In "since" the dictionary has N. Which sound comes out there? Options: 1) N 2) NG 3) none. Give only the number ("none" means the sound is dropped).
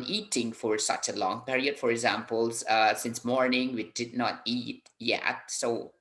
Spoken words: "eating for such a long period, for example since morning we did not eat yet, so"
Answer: 1